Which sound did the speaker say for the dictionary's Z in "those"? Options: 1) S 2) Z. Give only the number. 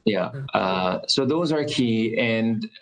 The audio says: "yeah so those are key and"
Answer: 2